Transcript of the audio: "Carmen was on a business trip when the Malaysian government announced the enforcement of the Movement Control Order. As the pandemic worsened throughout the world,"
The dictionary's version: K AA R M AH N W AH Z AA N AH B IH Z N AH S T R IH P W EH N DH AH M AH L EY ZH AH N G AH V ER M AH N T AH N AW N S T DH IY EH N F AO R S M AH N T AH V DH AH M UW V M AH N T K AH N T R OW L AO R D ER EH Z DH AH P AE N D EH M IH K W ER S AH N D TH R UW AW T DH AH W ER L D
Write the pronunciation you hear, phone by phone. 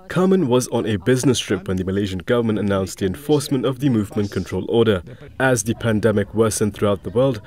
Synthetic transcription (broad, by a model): K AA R M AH N W AH Z N AH B IH Z N AH S T R IH P W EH N DH AH M AH L EY ZH AH N G AH V ER M AH N T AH N AW N S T DH IY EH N F AO R S M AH N T AH V DH AH M UW V M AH N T K AH N T R OW L AO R D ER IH Z DH AH P AE N D EH M IH K W ER S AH N TH R UW AW T DH AH W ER L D